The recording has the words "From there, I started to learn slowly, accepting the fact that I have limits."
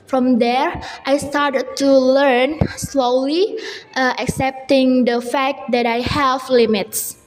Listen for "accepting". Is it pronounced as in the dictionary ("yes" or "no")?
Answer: yes